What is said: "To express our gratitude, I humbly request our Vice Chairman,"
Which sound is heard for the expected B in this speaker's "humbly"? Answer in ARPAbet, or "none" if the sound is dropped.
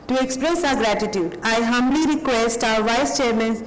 B